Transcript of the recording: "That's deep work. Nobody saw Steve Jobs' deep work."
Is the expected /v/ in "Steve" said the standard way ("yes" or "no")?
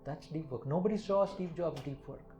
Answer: no